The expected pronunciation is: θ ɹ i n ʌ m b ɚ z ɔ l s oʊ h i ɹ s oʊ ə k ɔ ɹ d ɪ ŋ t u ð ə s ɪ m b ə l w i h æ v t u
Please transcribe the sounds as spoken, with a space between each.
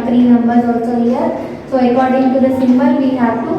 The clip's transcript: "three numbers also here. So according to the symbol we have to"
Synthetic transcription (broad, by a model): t ɹ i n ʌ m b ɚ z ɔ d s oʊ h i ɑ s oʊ ə k ɔ ɹ d ɪ ŋ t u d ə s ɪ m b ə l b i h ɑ p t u